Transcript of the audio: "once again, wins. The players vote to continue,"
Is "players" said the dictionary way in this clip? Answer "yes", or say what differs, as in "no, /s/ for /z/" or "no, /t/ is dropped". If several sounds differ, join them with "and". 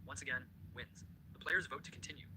yes